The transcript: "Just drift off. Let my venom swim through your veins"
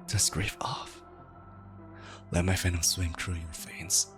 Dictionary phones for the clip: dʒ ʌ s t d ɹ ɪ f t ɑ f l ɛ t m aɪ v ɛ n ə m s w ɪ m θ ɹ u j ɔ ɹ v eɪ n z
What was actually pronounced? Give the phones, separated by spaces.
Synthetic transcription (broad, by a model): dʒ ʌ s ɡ ɹ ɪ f ɑ f l ɛ t m aɪ f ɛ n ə s w ɪ m t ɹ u j ɔ ɹ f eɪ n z